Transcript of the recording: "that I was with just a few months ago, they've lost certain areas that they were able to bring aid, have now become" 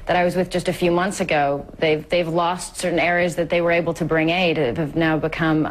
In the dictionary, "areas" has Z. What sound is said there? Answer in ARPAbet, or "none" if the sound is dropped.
Z